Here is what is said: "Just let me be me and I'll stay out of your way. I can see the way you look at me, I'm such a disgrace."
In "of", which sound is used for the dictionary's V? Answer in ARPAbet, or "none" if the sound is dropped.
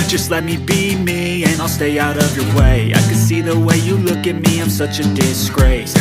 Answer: V